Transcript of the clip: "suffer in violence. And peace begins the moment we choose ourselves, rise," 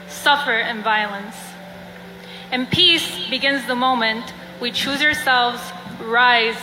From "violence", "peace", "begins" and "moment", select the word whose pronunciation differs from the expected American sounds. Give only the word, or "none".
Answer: none